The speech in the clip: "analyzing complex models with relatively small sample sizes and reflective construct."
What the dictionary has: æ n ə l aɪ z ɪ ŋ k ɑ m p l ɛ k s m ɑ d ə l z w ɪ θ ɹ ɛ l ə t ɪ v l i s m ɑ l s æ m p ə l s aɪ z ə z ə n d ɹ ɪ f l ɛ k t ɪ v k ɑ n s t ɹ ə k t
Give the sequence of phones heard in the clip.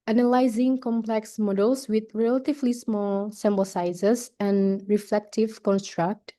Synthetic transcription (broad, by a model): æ n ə l aɪ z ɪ ŋ k ɑ m p l ɛ k s m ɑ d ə l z w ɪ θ ɹ ɛ l ə t ɪ v l i s m ɑ l s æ m b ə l s aɪ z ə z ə n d ɹ ɪ f l ɛ k t ɪ v k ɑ n s t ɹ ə k t